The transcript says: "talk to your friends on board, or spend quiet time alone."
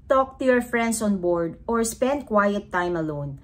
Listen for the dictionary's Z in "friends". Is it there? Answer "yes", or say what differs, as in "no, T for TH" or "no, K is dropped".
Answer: no, S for Z